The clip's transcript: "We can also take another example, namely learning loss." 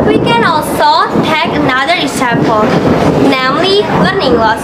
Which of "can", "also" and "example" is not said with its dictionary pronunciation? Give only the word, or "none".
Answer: example